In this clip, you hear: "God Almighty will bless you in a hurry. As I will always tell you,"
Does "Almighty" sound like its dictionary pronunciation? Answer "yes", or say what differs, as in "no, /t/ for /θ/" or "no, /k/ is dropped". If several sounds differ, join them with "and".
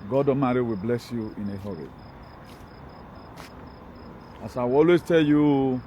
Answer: no, /l/ is dropped